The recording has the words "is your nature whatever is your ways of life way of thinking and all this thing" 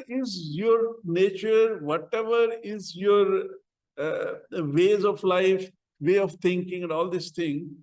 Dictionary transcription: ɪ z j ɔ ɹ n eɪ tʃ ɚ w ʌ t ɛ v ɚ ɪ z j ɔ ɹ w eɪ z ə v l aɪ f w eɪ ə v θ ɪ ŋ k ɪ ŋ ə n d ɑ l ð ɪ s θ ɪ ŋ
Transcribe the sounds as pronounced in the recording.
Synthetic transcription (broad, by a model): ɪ z j ɔ ɹ n eɪ tʃ ɚ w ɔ t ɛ v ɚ ɪ z j ɔ ɹ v eɪ z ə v l aɪ f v eɪ ə v t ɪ ŋ k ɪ ŋ ə n d ɑ l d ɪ s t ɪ ŋ